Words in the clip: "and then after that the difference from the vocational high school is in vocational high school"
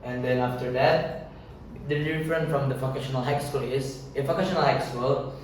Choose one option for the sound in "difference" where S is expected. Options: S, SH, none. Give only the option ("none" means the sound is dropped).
none